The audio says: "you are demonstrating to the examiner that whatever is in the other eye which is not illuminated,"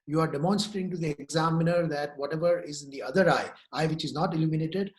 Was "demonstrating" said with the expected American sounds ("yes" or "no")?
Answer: no